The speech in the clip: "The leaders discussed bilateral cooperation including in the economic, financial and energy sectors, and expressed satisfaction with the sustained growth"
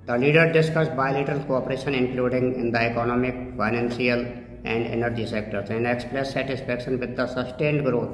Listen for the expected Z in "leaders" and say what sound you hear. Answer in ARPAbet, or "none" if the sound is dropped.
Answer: none